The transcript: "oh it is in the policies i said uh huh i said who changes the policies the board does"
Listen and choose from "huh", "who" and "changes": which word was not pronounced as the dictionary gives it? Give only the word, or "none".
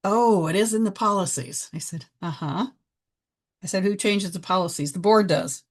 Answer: none